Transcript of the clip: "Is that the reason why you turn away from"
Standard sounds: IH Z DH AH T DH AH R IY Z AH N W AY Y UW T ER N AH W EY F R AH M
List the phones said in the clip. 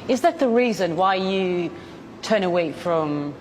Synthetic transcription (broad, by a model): IH Z DH AH T DH AH R IY Z AH N W AY Y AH T ER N AH W EY F R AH M